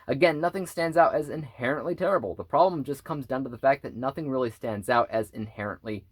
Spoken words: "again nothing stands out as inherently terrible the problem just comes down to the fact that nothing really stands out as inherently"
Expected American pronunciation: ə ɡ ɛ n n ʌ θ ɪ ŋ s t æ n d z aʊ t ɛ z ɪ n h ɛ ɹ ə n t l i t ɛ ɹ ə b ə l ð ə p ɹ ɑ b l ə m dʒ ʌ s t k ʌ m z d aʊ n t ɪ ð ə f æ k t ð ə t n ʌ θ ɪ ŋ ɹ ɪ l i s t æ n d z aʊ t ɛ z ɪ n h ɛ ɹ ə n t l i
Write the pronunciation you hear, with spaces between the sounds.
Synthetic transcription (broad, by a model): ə ɡ ɛ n n ʌ θ ɪ ŋ s t æ n d z aʊ t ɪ z ɪ n h ɛ ɹ ə n t l i t ɛ ɹ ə b l ð ə p ɹ ɑ b l ə m dʒ ʌ s k ʌ m z d aʊ n t ɪ ð ə f æ k ð ə t n ʌ θ ɪ ŋ ɹ ɪ l i s t æ n d z aʊ t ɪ z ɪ n h ɛ ɹ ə n t l i